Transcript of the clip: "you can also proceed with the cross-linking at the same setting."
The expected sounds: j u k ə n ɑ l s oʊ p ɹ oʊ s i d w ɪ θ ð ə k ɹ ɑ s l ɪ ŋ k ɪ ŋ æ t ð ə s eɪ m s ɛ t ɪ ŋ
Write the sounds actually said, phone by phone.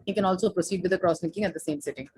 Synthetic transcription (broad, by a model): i k ə n ɑ l s oʊ p ɹ oʊ s i d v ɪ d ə k ɹ ɑ s n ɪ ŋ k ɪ ŋ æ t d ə s eɪ m s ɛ t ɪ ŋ